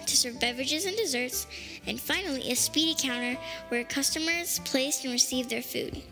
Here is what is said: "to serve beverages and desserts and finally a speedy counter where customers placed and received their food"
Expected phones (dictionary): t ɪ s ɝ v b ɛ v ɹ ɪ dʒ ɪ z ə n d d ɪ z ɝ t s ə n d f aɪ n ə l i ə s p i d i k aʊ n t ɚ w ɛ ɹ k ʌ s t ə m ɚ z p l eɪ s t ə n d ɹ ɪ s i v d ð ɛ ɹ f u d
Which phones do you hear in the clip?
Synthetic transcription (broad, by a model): t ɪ s ɝ v b ɛ v ɹ ɪ dʒ ɪ z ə n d d ɪ z ɝ t s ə n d f aɪ n l i ə s p i d i k aʊ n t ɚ w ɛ ɹ k ʌ s t ə m ɚ z p l eɪ s t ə n ɹ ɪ s i v ð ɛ ɹ f u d